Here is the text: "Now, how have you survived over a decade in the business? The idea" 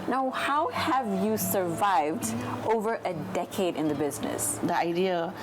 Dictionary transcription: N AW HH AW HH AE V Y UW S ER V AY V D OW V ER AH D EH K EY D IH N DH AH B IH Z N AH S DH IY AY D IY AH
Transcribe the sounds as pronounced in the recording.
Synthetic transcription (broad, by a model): N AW HH AW HH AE V Y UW S ER V AY V D OW V ER AH D EH K EY D IH N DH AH B IH Z N AH S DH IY AY D IY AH